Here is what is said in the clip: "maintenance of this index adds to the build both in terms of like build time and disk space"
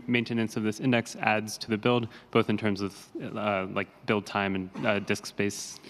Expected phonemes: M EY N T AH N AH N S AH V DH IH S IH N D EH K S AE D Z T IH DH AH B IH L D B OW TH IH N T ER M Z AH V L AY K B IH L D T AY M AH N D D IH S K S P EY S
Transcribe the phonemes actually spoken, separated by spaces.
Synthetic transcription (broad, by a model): M EY N T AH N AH N S AH V DH IH S IH N D EH K S AE D Z T IH DH AH B IH L D B OW TH IH N T ER M Z AH V L AY K B IH L D T AY M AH N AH D IH S K S P EY S